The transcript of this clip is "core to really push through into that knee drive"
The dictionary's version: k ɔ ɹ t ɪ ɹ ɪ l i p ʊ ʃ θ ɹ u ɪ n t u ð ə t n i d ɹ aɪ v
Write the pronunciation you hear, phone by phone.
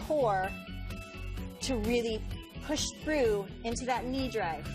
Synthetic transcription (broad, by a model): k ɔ ɹ t ɪ ɹ ɪ l i p ʊ ʃ θ ɹ u ɪ n t u ð ə t n i d ɹ aɪ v